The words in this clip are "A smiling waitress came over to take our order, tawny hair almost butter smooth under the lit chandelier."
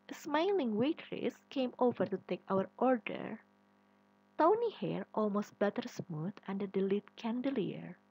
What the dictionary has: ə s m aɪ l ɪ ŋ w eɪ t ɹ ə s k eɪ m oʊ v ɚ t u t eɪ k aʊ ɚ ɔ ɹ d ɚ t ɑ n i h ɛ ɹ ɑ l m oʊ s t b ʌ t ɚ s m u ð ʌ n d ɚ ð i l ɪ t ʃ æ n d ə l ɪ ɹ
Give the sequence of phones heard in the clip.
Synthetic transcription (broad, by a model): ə s m aɪ l ɪ ŋ w eɪ t ɹ ə s k eɪ m oʊ v ɚ t u t eɪ k aʊ ɚ ɔ ɹ d ɚ t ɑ n i h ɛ ɹ ɑ l m oʊ s t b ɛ t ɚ s m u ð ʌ n d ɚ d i l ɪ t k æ n d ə l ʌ ɹ